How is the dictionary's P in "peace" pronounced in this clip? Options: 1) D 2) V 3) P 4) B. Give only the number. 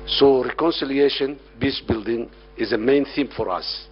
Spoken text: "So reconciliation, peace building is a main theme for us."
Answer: 4